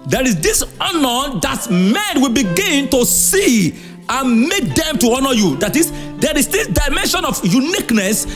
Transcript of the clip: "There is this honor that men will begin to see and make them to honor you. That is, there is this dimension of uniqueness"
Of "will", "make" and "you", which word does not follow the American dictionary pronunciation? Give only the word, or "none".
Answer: none